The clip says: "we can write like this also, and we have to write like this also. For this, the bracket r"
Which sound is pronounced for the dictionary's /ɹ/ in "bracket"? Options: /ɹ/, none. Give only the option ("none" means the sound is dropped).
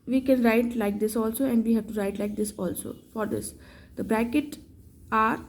/ɹ/